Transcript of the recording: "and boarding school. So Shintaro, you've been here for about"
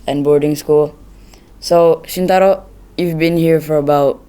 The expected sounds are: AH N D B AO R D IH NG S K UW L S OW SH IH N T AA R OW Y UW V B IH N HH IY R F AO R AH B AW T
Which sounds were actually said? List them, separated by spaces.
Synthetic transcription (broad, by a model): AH N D B AO R D IH NG S K UW L S OW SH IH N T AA R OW Y UW V B IH N HH IY R F AO R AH B AW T